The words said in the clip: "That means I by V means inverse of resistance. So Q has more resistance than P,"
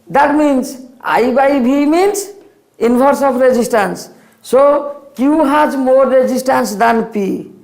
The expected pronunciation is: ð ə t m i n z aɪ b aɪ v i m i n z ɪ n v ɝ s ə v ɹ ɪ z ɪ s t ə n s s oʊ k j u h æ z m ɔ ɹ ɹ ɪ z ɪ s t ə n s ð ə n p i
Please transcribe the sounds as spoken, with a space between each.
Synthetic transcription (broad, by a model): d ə t m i n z aɪ b aɪ b i m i n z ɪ n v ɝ s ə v ɹ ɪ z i s t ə n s s oʊ k j u h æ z m ɔ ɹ ɹ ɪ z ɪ s t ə n s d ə n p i